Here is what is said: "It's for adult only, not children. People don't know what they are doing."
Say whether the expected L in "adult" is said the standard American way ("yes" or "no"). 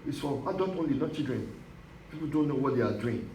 no